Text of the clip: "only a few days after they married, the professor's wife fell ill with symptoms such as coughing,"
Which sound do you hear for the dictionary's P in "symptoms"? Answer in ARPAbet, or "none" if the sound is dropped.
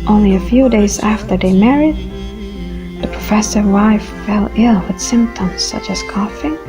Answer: P